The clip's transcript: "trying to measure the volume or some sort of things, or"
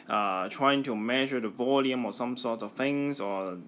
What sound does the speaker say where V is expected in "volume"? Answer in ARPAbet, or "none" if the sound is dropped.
V